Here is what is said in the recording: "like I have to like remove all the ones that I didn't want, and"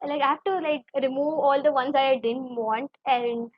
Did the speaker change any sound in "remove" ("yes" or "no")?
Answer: no